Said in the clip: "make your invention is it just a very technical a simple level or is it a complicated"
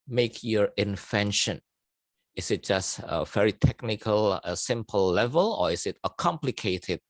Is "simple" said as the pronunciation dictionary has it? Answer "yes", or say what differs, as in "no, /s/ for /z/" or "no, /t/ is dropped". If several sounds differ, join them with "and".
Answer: yes